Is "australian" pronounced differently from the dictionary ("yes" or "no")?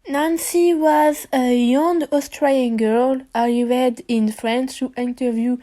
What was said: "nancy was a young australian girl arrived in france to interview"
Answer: yes